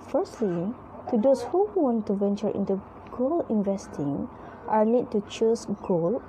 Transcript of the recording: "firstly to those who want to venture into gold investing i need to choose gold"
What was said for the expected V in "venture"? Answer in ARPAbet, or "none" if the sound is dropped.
V